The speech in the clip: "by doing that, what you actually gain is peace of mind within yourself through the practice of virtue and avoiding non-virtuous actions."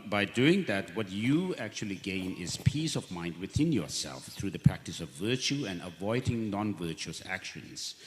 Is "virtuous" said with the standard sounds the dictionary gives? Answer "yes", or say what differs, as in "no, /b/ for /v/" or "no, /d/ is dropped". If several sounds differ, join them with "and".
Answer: yes